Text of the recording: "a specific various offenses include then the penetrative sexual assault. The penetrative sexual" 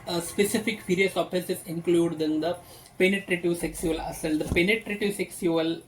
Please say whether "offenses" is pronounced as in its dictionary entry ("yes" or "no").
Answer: no